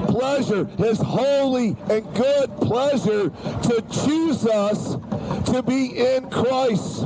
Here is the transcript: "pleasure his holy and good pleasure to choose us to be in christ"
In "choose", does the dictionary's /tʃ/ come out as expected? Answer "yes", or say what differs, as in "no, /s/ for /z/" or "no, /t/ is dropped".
yes